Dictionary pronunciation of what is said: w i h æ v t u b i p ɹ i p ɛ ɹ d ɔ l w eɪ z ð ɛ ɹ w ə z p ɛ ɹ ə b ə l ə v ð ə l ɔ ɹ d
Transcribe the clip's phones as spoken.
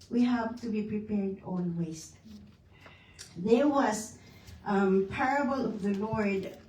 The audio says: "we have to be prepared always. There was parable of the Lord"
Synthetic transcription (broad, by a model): w i h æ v t u b i p ɹ i p ɛ ɹ d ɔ n w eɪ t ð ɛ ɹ w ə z p ɛ ɹ ə b ə l ə v ð ə l ɔ ɹ d